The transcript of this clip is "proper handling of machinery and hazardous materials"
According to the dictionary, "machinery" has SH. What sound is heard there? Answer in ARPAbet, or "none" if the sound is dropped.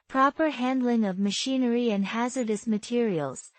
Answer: SH